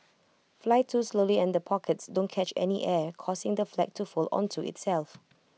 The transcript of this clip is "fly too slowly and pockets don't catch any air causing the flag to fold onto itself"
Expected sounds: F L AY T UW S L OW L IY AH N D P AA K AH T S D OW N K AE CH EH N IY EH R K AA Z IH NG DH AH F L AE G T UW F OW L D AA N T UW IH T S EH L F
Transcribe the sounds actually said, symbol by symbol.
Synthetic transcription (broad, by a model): F L AY T UW S L OW L IY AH N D P AA K AH T S D OW N K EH CH EH N IY EH K AA S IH NG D AH F L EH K T UW F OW L AA N T UW IH T S EH L F